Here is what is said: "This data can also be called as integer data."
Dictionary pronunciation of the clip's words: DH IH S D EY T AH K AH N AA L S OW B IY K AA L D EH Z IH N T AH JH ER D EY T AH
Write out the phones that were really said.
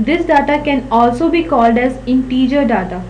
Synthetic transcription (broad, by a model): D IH S D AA T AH K AH N AA L S OW B IY K AA L D EH Z IH N T AH JH ER D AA T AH